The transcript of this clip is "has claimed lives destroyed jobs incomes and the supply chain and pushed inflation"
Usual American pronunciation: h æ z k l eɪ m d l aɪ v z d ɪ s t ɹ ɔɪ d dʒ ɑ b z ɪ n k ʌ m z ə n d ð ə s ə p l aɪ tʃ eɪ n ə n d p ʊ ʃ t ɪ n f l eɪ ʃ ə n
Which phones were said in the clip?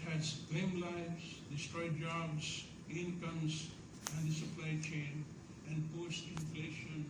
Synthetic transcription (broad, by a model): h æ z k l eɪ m l aɪ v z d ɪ s t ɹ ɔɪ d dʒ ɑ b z ɪ n k ʌ m z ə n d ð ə s ə p l aɪ tʃ eɪ n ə n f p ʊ s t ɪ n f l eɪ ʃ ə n